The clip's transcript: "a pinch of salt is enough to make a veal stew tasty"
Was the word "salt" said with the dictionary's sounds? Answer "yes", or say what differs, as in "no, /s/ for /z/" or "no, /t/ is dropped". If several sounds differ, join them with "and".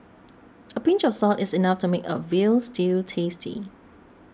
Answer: yes